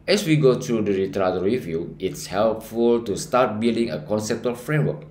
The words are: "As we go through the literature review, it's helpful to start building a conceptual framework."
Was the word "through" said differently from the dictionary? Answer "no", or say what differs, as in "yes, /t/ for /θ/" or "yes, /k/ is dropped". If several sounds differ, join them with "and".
yes, /t/ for /θ/